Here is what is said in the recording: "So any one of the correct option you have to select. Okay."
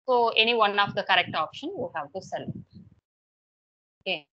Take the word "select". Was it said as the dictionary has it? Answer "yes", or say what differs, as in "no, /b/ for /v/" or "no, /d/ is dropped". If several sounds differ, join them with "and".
no, /k/ is dropped